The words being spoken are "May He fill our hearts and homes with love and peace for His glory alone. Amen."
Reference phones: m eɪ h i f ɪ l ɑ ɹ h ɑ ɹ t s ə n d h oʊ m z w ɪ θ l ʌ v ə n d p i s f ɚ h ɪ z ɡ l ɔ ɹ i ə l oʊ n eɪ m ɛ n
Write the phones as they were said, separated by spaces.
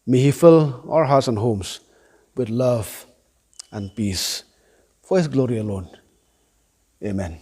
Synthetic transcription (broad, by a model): m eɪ h i f ɪ l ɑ l h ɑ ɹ t s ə n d h oʊ m s w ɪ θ l ʌ v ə n p i s f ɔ h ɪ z ɡ l ɔ ɹ i ə l oʊ n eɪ m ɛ n